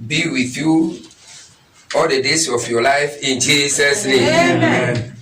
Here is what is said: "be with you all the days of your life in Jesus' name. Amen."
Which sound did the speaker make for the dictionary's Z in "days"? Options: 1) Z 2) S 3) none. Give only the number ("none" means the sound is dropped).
2